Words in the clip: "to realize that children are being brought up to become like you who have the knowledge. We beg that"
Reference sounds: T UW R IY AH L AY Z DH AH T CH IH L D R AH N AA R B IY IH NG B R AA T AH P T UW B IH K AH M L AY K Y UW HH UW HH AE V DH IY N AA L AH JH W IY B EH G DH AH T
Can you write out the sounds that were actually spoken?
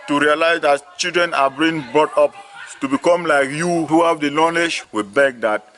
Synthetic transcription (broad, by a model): T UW R IY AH L AY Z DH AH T CH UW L D R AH N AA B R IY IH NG B R AA T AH P T UW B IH K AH M L AY K Y UW HH UW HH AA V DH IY L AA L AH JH W IY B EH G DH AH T